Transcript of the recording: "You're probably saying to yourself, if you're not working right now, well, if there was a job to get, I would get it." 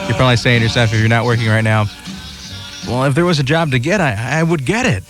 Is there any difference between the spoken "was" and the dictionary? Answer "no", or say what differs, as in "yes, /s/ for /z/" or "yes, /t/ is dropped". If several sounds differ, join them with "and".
no